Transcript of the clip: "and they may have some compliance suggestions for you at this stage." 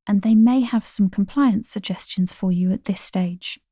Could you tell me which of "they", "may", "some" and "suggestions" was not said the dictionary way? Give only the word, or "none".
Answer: none